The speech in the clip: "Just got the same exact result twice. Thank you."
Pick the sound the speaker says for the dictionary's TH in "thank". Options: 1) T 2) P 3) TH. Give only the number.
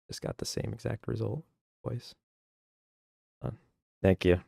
3